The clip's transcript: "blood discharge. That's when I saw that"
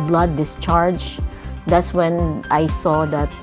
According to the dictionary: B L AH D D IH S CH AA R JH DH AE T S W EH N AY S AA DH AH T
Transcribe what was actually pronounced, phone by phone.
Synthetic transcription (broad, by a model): B L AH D D IH S CH AA R JH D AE T S W EH N AY S AA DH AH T